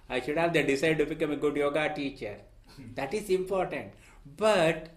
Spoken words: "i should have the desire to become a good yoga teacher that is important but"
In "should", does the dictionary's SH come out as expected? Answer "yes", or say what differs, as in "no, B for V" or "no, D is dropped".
yes